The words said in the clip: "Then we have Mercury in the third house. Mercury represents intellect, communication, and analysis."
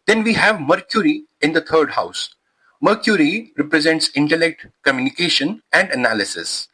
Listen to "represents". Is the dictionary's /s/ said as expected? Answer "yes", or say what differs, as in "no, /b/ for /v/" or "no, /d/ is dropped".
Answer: yes